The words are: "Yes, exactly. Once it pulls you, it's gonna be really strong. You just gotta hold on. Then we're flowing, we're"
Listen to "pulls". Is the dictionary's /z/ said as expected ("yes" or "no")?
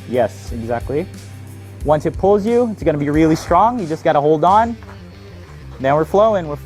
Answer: yes